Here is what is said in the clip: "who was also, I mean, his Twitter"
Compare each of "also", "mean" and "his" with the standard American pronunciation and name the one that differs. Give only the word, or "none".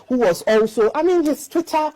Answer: his